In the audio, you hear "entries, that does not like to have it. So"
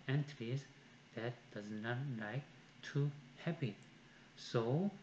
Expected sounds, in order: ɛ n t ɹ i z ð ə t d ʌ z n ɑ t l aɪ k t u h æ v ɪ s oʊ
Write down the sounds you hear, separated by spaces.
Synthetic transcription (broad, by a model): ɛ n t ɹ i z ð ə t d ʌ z n ɑ t l aɪ k t u h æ p ɪ s oʊ